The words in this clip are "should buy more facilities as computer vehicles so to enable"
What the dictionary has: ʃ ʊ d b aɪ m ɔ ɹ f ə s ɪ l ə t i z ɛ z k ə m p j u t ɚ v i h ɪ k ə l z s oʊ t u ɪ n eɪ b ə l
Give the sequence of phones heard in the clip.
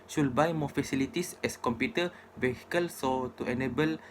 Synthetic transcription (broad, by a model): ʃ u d b aɪ m ɔ f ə s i l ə t i s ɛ s k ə m p j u t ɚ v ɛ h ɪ k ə l s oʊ t u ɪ n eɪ b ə l